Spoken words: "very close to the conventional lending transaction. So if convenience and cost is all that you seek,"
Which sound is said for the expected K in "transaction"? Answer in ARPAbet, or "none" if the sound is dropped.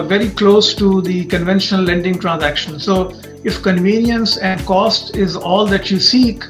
K